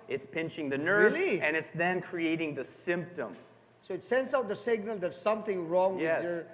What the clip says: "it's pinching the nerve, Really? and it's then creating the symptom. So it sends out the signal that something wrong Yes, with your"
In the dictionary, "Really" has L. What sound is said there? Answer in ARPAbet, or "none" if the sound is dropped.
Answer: none